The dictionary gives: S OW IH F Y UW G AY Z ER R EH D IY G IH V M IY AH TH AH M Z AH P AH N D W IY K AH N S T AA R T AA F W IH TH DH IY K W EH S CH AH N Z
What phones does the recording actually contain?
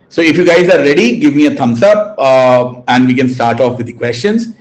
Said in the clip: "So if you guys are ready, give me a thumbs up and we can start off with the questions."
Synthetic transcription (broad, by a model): S OW IH F Y UW G AY Z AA R EH D IY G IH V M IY AH T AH M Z AH P AH N D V IY K AH N S T AA R T AA F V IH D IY K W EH S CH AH N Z